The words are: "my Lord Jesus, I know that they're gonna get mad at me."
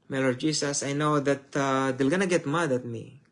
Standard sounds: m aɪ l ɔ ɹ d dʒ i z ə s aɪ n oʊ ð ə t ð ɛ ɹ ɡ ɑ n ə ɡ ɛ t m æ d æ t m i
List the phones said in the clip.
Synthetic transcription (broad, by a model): m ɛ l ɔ ɹ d dʒ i s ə s aɪ n oʊ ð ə t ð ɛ l ɡ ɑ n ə ɡ ɛ t m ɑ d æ t m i